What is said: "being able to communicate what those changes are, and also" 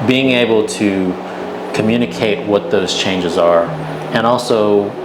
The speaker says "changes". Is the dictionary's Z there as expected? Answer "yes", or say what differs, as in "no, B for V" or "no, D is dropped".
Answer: yes